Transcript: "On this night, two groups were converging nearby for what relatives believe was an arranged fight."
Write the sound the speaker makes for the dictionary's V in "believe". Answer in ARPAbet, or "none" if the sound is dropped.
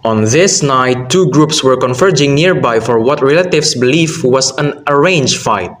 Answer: F